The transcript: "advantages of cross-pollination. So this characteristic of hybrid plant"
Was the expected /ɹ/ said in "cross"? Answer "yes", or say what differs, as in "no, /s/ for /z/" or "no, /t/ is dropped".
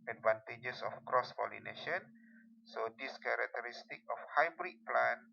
yes